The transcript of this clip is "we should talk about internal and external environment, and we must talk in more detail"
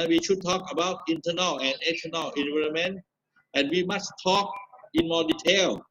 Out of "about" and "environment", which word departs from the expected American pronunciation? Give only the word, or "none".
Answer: environment